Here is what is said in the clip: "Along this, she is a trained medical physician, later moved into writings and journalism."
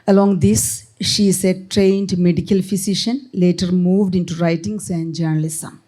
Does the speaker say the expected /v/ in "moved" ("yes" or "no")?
yes